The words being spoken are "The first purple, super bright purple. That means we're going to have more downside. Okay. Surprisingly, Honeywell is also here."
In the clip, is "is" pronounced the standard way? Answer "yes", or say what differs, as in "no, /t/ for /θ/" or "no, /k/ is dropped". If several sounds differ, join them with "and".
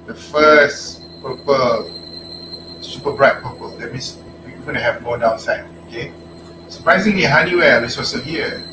no, /s/ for /z/